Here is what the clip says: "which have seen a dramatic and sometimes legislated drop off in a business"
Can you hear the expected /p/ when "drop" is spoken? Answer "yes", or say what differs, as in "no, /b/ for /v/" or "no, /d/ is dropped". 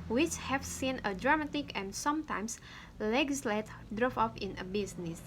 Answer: no, /f/ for /p/